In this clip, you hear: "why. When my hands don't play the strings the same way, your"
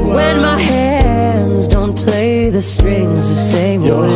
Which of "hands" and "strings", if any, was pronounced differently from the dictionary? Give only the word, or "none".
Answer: none